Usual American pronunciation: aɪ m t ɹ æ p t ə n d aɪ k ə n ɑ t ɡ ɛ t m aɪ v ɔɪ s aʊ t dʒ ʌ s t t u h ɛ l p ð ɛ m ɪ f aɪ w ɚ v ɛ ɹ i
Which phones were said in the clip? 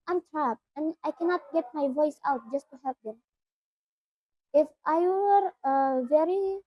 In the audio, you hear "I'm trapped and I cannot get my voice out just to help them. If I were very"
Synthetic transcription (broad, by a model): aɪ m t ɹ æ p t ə n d aɪ k ə n ɑ t ɡ ɛ t m aɪ v ɔɪ s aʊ t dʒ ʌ s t t u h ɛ p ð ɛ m ɪ f aɪ w ɚ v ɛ ɹ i